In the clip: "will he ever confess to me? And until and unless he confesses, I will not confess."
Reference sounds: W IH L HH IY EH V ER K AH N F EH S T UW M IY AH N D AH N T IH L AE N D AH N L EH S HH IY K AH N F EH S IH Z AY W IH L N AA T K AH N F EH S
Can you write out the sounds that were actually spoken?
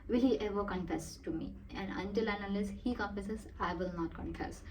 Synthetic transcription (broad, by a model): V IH L HH IY EH V ER K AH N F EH S T UW M IY AH N D AH N T IH L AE N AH L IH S HH IY K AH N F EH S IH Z AY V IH L N AA T K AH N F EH S